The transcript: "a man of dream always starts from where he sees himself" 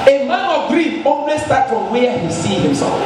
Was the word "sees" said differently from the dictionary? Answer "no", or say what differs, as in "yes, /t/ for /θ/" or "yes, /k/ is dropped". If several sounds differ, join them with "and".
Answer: yes, /z/ is dropped